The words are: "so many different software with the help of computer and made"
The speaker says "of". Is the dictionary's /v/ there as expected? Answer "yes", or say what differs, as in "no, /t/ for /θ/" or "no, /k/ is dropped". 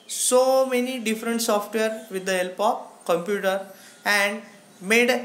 no, /p/ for /v/